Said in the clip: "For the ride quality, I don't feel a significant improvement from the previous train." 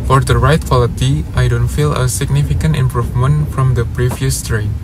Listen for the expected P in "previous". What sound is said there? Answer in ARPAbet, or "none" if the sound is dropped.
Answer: P